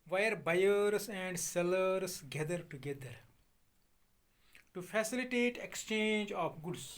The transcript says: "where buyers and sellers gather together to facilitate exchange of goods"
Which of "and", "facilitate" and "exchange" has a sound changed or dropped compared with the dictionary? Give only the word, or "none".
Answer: none